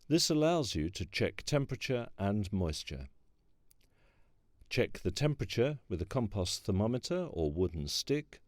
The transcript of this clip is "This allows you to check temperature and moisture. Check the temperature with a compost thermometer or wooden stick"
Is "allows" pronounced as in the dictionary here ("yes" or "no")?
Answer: yes